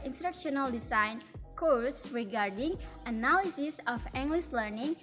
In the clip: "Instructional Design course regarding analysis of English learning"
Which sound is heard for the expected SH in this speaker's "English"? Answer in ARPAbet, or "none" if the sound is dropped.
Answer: S